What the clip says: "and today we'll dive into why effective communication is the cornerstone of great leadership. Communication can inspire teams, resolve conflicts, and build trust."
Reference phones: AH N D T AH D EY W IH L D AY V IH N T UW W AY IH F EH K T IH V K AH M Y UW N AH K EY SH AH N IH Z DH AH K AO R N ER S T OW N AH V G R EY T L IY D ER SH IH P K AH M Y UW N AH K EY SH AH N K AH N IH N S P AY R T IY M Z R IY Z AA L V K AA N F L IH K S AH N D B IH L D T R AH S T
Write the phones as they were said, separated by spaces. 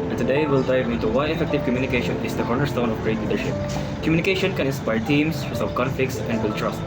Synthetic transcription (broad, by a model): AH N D T AH D EY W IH L D AY V IH N T UW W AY IH F EH K T IH V K AH M Y UW N AH K EY SH AH N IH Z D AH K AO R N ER S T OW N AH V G R EY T L IY D ER SH IH P K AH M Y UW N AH K EY SH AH N K AH N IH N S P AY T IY M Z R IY S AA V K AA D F IH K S AH N D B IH L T R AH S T